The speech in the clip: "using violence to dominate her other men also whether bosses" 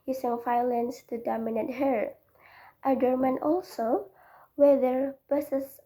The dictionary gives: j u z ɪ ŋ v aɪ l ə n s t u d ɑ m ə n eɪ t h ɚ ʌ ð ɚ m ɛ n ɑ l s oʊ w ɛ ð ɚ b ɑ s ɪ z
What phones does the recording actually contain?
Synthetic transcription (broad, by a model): j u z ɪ ŋ f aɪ l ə n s t u d ɑ m ə n eɪ t h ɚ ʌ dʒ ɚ m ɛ n ɑ l s oʊ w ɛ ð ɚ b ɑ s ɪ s